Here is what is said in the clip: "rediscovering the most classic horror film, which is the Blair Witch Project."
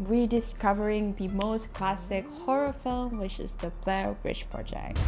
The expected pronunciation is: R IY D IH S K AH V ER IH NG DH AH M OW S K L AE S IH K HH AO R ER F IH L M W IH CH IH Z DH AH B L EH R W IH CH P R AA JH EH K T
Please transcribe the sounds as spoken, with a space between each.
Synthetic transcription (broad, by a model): R IY D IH S K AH V ER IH NG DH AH M OW S K L AE S IH K HH AO R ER F IH L M W IH CH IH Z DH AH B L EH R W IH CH P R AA JH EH K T